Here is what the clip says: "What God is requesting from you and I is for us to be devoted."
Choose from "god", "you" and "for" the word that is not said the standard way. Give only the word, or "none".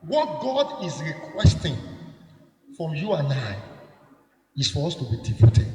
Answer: none